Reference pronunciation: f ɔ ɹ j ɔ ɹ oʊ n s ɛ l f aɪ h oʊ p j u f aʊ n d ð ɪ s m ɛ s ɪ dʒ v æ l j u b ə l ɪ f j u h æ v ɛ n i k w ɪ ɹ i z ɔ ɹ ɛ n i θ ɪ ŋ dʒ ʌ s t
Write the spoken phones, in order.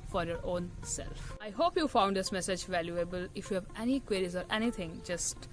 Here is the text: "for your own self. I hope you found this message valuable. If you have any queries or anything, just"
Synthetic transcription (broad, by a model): f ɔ ɹ j ɔ ɹ oʊ n s ɛ l f aɪ h oʊ p j u f aʊ n d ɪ s m ɛ s ɪ dʒ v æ l j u b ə l ɪ f j u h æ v ɛ n i k w ɪ ɹ i z ɔ ɹ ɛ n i t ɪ ŋ dʒ ʌ s t